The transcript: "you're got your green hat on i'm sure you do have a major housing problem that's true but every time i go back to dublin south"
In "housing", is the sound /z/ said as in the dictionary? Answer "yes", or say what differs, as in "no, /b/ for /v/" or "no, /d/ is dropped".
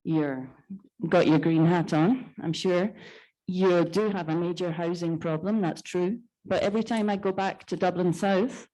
yes